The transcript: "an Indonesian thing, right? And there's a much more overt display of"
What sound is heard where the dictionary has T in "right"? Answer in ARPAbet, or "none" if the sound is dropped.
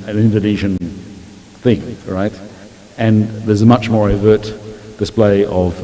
T